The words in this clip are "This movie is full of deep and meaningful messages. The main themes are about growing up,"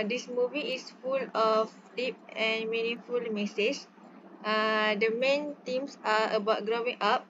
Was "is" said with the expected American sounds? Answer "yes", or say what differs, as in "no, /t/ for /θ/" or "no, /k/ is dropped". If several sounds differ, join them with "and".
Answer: no, /s/ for /z/